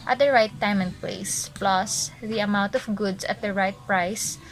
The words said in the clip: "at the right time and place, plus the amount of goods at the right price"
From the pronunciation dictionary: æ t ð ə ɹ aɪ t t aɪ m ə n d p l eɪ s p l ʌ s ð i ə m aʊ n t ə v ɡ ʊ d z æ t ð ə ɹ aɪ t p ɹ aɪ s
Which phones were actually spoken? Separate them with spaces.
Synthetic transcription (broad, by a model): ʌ t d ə ɹ aɪ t t aɪ m ə n d p l eɪ s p l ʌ s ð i ə m aʊ n t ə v ɡ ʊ d s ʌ t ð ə ɹ aɪ t p ɹ aɪ s